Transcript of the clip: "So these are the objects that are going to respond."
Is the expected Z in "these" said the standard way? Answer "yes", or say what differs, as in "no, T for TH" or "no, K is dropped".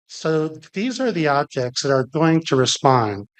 yes